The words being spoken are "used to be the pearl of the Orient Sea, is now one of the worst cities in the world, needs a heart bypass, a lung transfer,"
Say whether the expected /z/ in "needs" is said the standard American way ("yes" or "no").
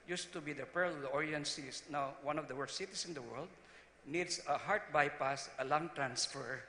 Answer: no